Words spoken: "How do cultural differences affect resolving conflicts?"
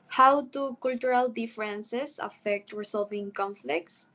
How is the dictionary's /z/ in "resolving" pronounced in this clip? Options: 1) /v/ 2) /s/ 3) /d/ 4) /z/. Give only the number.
2